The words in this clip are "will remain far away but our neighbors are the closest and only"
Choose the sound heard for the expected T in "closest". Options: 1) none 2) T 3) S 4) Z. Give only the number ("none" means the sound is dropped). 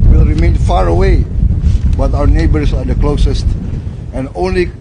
2